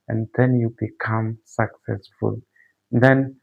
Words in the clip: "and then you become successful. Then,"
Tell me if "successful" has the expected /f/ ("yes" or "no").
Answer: yes